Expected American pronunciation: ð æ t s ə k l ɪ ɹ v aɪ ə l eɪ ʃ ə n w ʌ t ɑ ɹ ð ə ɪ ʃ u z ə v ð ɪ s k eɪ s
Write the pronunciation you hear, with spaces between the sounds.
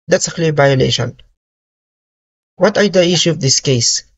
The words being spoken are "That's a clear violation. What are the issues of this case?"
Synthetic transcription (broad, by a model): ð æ t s ə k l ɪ v aɪ ə l eɪ ʃ ə n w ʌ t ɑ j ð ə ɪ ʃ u ə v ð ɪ s k eɪ s